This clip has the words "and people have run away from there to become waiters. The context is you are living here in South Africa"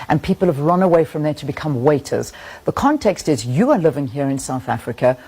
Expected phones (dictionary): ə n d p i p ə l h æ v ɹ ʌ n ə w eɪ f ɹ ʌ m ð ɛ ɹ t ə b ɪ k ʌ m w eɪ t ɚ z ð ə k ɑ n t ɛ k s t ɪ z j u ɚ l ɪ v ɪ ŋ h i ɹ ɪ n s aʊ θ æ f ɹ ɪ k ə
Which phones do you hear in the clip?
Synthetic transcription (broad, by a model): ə n p i p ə l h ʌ v ɹ ʌ n ə w eɪ f ɹ ʌ m ð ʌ ɹ t ə b ɪ k ʌ m w eɪ t ɚ z ð ə k ɑ n t ɛ k s t ɪ z j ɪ ɚ l ɪ v ɪ ŋ h i ɹ ɪ n s aʊ θ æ f ɹ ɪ k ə